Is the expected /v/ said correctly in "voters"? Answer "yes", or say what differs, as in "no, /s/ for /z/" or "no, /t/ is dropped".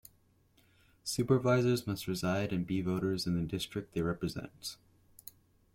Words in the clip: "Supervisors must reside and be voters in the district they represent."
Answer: yes